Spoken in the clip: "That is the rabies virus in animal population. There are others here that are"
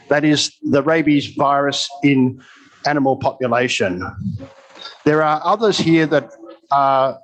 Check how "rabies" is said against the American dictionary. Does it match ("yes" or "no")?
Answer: yes